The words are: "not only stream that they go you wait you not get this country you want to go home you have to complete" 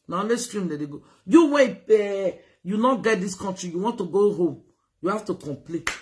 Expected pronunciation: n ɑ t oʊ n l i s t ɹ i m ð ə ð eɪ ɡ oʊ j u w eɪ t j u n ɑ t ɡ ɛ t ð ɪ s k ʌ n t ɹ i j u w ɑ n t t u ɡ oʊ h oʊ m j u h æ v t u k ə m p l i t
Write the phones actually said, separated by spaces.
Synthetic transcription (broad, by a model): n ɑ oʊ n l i s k ɹ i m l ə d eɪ ɡ oʊ j u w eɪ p j u n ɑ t ɡ ɛ t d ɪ s k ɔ n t ɹ i j u w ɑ n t t u ɡ oʊ h oʊ m j u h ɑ f t u k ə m p l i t